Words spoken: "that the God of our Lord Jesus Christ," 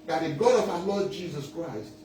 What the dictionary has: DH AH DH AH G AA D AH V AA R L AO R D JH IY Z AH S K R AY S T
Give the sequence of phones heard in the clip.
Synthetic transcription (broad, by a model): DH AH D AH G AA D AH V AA L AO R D JH IY Z AH S K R AY S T